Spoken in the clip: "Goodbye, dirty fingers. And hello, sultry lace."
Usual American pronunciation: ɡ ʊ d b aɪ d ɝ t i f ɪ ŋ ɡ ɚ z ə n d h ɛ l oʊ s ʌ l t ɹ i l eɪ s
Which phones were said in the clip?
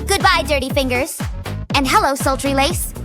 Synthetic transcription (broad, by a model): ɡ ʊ d b aɪ d ɝ t i f ɪ ŋ ɡ ɚ z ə n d h ɛ l oʊ s ʌ l t ɹ i l eɪ s